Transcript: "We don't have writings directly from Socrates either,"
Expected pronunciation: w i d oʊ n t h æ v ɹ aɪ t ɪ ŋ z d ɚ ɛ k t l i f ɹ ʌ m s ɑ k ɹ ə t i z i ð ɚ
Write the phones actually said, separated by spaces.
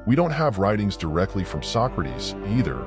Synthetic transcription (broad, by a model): w i d oʊ n t h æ v ɹ aɪ t ɪ ŋ z d ɚ ɛ k t l i f ɹ ʌ m s ɑ k ɹ ə t i z i ð ɚ